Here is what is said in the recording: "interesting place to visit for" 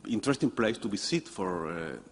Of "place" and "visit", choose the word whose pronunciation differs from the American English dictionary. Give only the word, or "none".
visit